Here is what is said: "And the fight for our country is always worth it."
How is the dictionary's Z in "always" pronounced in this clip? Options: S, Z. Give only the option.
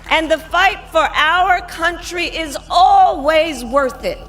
Z